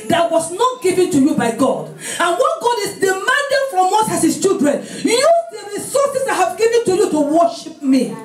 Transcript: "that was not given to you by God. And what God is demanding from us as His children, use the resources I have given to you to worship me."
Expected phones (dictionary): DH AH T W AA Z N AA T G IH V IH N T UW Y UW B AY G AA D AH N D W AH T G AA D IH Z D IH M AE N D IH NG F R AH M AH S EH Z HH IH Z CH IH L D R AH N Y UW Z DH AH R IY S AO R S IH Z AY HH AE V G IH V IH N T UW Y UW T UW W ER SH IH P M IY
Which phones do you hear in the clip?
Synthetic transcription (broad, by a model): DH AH T W AA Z N AA T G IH V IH N T UW Y UW B AY G AA D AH N W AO T G AA D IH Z D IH M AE N D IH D F R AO M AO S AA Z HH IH S CH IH L D R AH N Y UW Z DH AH R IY S AO S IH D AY HH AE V G IH V IH N T UW Y UW T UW W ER SH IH P M IY